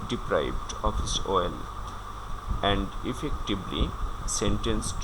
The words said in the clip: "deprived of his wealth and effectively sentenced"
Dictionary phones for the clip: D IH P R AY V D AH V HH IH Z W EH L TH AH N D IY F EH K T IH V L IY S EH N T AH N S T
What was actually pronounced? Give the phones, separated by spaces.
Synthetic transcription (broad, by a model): D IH P R AY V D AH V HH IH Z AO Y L AH N D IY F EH K T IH B L IY S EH N T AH N S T